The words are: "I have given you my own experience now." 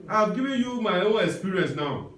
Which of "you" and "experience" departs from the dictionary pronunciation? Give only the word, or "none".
experience